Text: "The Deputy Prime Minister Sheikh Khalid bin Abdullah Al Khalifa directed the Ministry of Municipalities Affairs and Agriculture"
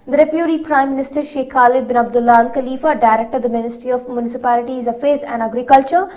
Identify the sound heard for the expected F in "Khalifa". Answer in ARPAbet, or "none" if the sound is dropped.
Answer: F